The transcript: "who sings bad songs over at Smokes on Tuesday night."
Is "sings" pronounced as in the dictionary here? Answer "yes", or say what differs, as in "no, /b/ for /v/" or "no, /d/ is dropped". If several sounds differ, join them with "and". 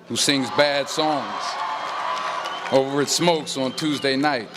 yes